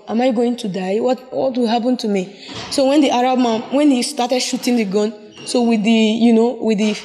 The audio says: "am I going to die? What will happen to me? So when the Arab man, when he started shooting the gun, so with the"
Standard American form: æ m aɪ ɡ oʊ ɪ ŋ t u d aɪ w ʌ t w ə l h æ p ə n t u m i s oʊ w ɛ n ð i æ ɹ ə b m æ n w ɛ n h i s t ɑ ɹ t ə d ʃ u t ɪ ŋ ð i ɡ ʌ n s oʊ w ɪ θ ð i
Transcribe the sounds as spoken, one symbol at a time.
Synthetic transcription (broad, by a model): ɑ m aɪ ɡ oʊ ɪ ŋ t u d aɪ w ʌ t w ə w h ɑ p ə n t u m i s oʊ w ɛ n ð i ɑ ɹ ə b m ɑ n w ɛ n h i s t ɑ t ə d ʃ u t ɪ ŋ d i ɡ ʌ n s oʊ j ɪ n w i